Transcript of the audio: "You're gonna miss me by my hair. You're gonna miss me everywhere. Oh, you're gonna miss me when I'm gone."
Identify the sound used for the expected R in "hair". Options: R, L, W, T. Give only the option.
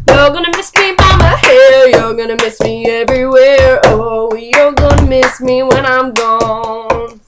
L